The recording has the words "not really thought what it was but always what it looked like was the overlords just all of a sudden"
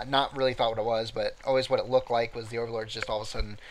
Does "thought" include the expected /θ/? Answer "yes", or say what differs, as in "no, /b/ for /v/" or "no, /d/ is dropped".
yes